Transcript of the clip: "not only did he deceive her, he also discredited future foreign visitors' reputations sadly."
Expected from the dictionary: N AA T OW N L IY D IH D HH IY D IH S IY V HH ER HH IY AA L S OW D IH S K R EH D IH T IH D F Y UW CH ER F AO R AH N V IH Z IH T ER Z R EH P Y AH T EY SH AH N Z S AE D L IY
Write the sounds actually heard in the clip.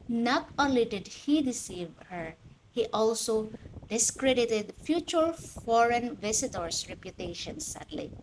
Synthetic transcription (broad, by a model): N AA T OW N L IY D IH D HH IY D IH S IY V HH ER HH IY AA L S OW D IH S K R EH D IH T IH D F Y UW CH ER F AO R AH N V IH S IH T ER S R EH P Y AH T EY SH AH N S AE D L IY